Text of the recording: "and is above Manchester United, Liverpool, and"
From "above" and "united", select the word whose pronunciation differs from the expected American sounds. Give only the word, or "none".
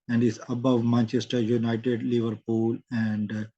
none